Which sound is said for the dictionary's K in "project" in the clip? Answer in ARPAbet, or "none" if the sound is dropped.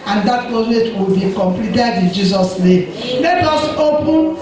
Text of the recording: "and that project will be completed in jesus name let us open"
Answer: none